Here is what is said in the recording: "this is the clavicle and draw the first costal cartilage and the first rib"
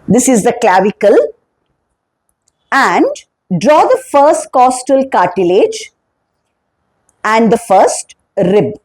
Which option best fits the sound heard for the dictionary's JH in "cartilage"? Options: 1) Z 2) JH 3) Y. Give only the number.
2